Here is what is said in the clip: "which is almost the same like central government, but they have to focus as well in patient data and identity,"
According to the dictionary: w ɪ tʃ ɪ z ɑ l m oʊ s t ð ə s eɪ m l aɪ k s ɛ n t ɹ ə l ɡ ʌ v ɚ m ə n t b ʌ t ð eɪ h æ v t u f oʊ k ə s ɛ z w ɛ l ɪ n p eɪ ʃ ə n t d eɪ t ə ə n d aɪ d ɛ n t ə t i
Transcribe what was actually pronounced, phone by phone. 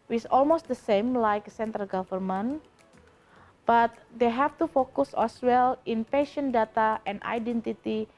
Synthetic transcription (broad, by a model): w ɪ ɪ s ɑ l m oʊ s t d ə s eɪ m l aɪ k s ɛ n t ɹ ə l ɡ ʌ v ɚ m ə n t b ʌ t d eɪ h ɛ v t u f oʊ k ə s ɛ s w ɛ l ɪ n p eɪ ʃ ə n d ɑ t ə ə n d aɪ d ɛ n t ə t i